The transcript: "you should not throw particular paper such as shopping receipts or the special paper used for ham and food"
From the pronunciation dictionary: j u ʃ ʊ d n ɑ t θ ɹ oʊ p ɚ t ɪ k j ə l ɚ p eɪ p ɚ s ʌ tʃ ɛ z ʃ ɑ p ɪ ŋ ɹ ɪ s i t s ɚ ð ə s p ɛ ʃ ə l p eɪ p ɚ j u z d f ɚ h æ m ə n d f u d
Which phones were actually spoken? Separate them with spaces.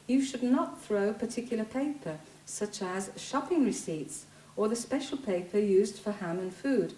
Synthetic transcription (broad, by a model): j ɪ ʃ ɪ d n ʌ t θ ɹ oʊ p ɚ t ɪ k j l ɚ p eɪ p ɚ s ʌ tʃ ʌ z ʃ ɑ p ɪ ŋ ɹ ɪ s i t s ɚ ð ə s p ɛ ʃ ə l p eɪ p ɚ j u z d f ɚ h æ m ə n f u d